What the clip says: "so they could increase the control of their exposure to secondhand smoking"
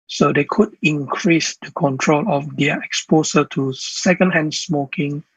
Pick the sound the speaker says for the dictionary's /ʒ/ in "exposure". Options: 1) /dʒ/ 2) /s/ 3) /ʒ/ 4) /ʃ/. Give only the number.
2